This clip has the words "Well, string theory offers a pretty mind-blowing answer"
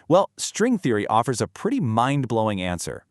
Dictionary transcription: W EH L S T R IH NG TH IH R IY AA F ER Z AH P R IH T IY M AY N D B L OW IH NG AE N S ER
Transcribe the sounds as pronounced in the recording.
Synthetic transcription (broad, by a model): W EH L S T R IH NG TH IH R IY AA F ER Z AH P R IH T IY M AY N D B L OW IH NG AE N S ER